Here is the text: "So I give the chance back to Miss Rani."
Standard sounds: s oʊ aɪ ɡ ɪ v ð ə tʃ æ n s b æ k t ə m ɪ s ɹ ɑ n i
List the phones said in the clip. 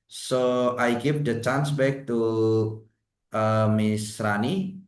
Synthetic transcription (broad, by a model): s oʊ aɪ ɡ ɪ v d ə tʃ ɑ n s b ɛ k t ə m ɪ s ɹ ɑ n i